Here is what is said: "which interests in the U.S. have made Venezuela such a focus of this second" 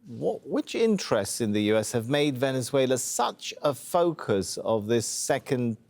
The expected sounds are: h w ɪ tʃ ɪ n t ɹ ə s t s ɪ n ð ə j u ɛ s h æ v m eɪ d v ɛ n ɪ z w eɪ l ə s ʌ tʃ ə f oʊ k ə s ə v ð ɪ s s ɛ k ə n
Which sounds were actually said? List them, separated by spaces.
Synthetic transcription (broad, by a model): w w ɪ tʃ ɪ n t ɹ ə s t s ɪ n ð ə j u ɛ s h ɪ v m eɪ d v ɛ n ɪ z w eɪ l ə s ʌ tʃ ə f oʊ k ə s ə v ð ɪ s s ɛ k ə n